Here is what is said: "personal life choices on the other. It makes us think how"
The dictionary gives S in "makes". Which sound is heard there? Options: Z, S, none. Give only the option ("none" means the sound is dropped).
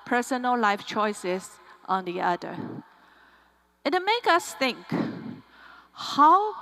none